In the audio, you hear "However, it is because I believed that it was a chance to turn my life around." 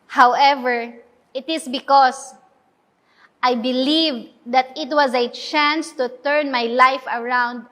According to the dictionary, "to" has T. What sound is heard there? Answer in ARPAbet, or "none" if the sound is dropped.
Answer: T